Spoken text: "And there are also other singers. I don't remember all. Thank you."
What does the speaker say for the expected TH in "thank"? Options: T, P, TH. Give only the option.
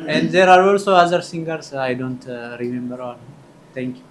T